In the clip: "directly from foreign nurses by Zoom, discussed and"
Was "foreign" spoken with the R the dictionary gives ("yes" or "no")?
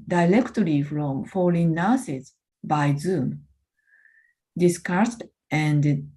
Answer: no